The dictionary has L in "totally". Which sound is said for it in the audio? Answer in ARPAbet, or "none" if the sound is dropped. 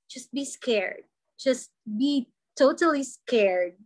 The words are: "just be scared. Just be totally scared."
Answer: L